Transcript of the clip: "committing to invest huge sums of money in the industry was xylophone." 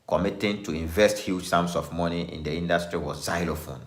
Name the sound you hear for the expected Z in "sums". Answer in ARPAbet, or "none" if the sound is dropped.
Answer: S